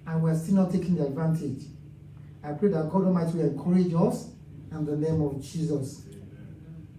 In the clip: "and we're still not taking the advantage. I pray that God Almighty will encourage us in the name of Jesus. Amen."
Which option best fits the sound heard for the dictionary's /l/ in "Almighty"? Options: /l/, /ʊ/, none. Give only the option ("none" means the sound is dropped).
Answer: none